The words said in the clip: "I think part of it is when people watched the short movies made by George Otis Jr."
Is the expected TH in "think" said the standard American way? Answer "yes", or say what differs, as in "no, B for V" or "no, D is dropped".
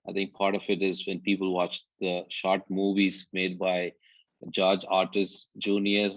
no, T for TH